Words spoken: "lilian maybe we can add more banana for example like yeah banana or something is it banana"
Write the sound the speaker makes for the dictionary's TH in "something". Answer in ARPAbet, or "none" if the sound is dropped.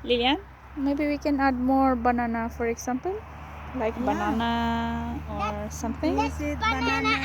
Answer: T